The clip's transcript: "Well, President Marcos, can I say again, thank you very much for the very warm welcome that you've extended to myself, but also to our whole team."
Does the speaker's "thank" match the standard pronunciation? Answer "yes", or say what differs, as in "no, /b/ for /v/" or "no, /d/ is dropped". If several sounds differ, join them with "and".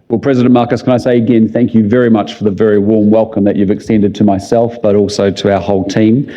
yes